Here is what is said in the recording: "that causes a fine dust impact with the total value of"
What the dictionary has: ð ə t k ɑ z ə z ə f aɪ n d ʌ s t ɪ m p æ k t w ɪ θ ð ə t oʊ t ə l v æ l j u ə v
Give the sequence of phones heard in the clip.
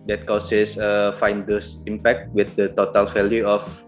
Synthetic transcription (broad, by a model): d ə t k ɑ s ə s ə f aɪ n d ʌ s ɪ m p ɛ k t w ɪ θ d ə t oʊ t ə l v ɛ l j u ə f